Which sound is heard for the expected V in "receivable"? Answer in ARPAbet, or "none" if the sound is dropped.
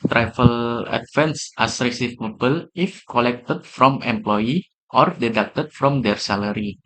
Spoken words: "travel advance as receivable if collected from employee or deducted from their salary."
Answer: P